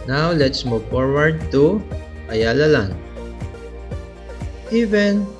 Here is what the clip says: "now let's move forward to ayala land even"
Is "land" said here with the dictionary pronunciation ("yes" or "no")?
no